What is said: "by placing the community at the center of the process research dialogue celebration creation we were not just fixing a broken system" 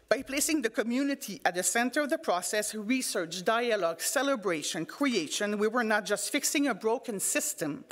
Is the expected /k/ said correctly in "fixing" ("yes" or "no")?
yes